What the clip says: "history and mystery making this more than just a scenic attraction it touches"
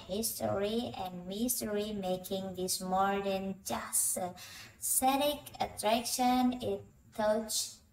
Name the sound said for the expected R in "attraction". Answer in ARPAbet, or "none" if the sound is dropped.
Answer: R